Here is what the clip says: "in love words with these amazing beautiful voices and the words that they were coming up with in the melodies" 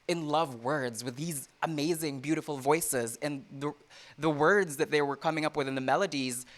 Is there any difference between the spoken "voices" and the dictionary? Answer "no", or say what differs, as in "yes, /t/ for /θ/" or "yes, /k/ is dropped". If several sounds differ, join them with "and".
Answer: no